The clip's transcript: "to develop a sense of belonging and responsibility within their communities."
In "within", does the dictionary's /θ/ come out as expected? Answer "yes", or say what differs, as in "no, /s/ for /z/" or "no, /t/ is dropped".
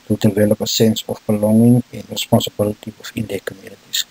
no, /f/ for /θ/